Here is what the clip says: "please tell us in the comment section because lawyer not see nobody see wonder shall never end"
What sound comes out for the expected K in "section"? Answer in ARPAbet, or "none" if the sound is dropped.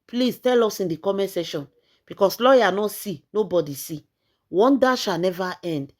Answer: none